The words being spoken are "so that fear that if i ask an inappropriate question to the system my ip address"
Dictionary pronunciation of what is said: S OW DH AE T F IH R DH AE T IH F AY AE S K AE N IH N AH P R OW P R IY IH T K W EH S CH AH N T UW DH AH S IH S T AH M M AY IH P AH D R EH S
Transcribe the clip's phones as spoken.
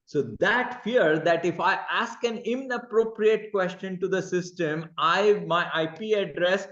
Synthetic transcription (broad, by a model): S OW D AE T F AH R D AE T IH F AY AE S K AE N IH N AH P R OW P R IY IH T K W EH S CH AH N T UW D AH S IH S T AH M M AY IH P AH D R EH S